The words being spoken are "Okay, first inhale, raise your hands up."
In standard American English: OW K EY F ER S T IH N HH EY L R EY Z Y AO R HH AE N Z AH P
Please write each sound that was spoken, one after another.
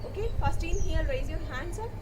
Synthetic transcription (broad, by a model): OW K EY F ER S T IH N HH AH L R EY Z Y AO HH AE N S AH